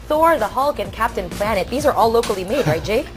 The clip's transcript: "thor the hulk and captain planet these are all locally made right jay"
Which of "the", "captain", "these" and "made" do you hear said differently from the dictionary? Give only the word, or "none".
none